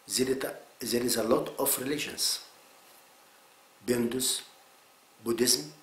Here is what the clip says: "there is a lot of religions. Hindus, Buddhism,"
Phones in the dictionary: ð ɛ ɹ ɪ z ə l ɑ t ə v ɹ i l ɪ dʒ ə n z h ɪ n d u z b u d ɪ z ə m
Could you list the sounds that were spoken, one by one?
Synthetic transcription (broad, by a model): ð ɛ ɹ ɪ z ə l ɑ t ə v ɹ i l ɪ ʃ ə n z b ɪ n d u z b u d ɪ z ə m